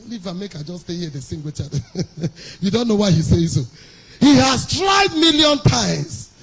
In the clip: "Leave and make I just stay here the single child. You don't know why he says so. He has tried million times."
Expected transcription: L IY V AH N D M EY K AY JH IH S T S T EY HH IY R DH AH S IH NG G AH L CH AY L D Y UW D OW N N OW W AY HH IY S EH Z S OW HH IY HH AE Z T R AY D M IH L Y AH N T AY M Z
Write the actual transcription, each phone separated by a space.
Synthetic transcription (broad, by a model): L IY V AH M EY K AY JH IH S S T EY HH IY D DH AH S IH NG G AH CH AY D Y UW D OW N N OW W AY HH IY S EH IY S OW HH IY HH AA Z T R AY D M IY L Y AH N T AY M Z